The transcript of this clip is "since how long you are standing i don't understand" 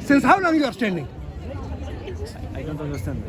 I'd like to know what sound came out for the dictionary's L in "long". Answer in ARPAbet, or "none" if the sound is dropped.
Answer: N